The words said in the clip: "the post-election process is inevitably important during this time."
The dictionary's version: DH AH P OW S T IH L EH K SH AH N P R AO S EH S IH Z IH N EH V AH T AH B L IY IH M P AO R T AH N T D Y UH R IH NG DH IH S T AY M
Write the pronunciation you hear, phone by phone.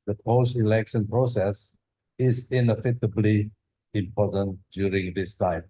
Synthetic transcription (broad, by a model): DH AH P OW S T IH L EH K SH AH N P R AO S EH S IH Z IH N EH F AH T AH B L IY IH M P AO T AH N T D Y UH R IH NG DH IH S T AY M